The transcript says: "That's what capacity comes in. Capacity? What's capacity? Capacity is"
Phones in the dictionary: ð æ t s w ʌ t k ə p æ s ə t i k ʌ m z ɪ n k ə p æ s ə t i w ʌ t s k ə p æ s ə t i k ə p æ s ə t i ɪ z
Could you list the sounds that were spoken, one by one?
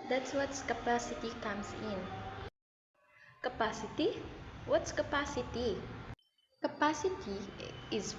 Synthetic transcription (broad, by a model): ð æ t s w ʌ t k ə p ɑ s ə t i k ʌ m s ɪ n k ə p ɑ s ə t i w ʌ t s k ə p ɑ s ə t i k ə p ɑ s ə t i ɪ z